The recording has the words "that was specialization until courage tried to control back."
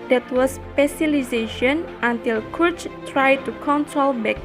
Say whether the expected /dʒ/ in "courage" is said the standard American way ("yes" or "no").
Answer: no